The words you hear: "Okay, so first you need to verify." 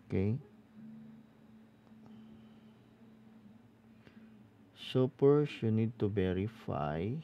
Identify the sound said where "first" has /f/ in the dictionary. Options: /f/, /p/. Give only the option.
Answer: /p/